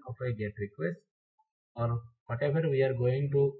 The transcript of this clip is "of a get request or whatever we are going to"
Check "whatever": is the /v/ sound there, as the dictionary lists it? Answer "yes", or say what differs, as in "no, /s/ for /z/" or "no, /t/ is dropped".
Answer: no, /f/ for /v/